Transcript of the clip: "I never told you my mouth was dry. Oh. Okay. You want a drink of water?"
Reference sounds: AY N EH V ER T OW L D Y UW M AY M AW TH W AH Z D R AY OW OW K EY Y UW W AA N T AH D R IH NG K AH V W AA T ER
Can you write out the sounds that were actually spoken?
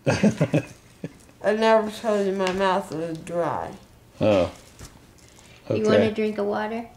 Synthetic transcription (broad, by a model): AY N EH V ER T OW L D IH M AY M AW TH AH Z D R AY OW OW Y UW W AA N AH D R IH NG K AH W AA T ER